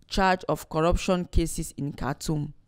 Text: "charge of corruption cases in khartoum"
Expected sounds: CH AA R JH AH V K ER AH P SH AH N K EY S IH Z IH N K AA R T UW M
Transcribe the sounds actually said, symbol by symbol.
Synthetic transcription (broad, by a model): CH AA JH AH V K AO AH P SH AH N K EY S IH S IH N K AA T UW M